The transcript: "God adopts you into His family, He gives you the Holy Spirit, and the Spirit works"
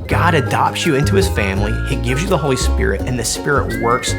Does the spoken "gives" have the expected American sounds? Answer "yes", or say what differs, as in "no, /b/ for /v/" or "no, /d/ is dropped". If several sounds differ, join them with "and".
yes